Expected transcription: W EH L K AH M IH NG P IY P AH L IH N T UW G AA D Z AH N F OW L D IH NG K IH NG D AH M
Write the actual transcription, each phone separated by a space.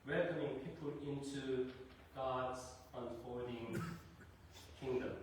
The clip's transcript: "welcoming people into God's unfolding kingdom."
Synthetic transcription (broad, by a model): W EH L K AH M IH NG P IY P AH L IH N T UW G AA D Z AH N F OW D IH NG K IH NG D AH M